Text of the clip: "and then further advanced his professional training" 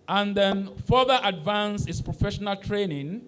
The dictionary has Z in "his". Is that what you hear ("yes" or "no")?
no